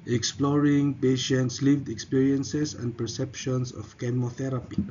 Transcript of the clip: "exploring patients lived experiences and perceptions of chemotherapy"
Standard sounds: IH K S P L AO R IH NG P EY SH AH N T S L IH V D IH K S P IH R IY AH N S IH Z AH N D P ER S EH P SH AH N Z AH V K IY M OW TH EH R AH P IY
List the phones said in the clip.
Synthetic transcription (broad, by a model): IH K S P L AO R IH NG P EY SH AH N T S L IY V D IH K S P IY R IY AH N S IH S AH N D P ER S EH P SH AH N S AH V K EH M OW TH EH R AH P IY